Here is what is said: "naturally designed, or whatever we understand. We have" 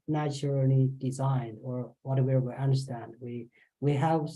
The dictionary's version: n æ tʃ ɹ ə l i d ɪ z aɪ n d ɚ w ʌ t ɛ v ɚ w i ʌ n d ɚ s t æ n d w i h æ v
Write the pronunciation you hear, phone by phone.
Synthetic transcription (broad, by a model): n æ tʃ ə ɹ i d ɪ z aɪ n d ɚ w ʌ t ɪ w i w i ʌ n d ɚ s t æ n d w i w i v